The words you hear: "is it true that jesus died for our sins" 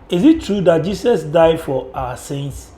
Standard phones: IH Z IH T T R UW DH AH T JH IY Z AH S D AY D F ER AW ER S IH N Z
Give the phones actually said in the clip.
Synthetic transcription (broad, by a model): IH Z IH T T R UW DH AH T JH IY S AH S D AY D F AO AW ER S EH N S